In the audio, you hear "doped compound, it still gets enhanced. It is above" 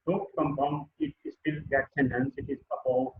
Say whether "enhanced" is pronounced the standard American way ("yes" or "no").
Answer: no